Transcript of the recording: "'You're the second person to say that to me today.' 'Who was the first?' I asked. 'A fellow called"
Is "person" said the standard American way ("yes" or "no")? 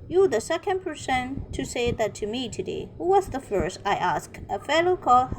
yes